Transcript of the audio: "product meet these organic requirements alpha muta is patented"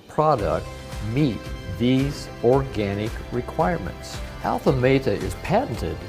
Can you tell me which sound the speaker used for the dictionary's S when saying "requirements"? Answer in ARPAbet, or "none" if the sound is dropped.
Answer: S